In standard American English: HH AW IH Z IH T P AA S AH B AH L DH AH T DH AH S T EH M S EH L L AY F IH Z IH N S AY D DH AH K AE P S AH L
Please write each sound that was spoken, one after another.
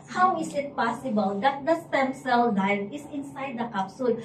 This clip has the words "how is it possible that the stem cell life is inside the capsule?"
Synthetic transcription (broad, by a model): HH AW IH S IH T P AA S AH B AH L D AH T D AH S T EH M S EH L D AY IH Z IH N S AY D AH K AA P S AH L